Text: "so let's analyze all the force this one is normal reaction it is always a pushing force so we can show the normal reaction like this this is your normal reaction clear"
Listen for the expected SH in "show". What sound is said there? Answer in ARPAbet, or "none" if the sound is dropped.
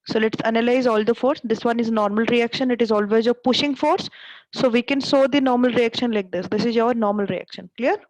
S